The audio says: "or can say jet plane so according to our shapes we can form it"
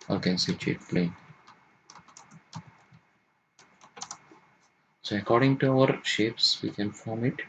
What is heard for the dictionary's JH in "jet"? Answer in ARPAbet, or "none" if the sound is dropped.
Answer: CH